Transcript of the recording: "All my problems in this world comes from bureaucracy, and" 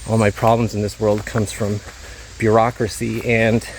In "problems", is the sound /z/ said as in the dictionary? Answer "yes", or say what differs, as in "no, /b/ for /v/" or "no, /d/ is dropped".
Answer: yes